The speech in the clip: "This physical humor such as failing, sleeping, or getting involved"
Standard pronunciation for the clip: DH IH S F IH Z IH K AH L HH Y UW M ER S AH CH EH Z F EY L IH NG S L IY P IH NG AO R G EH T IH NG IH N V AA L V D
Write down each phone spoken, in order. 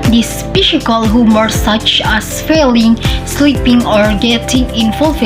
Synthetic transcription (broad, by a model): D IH S P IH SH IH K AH L HH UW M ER S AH CH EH S F EY L IH NG S L IY P IH NG AO R G EH T IH NG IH N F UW L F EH